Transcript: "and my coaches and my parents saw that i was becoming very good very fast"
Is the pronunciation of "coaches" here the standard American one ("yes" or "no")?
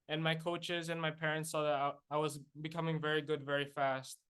yes